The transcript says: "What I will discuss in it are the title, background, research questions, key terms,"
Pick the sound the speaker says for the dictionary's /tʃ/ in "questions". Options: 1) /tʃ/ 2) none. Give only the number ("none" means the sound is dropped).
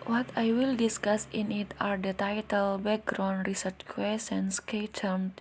2